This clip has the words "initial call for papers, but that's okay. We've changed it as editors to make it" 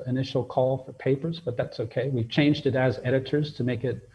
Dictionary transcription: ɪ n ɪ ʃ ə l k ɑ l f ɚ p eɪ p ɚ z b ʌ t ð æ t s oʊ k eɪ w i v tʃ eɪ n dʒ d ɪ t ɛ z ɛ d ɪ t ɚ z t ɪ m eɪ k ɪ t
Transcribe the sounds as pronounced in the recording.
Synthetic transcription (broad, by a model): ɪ n ɪ ʃ l k ɑ l f ɚ p eɪ p ɚ z b ʌ t ð æ t s oʊ k eɪ w i v tʃ eɪ n dʒ d ɪ t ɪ z ɛ d ɪ t ɚ z t ɪ m eɪ k ɪ t